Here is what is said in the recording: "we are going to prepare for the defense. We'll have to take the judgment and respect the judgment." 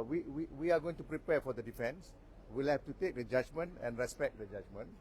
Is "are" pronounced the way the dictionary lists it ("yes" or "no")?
no